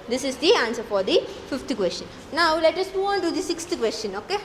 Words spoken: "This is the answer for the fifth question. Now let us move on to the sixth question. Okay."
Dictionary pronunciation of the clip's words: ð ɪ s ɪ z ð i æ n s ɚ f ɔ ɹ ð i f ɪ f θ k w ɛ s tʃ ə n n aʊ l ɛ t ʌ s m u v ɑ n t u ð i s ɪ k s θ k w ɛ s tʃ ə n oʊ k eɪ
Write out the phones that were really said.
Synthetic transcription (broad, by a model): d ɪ s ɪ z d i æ n s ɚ f ɔ ɹ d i f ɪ f t k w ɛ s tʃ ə n n aʊ l ɛ t ʌ s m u ɑ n t u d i s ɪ k s t k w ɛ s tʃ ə n oʊ k eɪ